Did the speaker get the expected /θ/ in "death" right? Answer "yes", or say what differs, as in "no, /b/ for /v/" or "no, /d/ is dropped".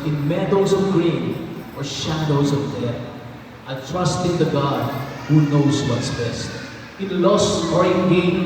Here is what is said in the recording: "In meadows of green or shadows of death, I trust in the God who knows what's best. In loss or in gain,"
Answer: no, /t/ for /θ/